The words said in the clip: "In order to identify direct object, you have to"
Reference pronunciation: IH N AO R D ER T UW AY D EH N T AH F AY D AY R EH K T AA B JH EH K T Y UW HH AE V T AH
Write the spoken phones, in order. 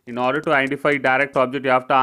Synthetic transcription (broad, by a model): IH N AO R D ER T UW AY D EH N T AH F AY D AY R EH K T AA B JH EH K T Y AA F T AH